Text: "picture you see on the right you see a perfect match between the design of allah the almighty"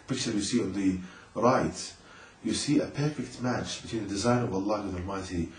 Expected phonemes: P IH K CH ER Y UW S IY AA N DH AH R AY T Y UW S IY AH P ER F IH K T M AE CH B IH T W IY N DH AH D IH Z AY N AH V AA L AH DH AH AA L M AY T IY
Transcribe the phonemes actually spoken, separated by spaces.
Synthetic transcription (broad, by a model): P IH K CH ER Y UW S IY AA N DH AH R AY T Y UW S IY AH P ER F IH K T M AE CH B IH T W IY N DH AH D IH Z AY N AH V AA L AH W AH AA L M AY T IY